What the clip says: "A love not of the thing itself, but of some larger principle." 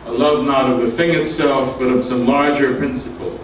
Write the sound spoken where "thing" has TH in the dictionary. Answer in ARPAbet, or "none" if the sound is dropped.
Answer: TH